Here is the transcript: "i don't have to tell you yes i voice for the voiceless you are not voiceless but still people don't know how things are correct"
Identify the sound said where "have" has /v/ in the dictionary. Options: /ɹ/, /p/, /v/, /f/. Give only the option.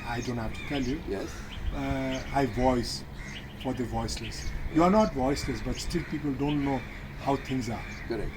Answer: /f/